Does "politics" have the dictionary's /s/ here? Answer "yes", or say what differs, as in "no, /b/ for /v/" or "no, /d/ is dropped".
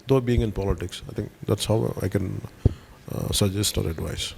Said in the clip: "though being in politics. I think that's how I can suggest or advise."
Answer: yes